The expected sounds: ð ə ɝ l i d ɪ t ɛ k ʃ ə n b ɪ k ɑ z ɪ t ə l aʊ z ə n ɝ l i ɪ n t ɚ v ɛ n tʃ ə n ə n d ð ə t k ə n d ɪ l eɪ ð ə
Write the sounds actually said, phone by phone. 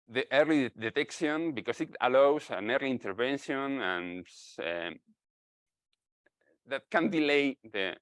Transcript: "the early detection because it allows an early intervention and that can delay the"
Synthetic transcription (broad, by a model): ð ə ɝ l i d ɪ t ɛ k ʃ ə n b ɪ k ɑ s ɪ t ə l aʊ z ə n ɝ l i n t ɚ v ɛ n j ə n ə n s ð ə t k ə n d ɪ l eɪ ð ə